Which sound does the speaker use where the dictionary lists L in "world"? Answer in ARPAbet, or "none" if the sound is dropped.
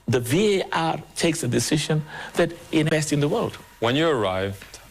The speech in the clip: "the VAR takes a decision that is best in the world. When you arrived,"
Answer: L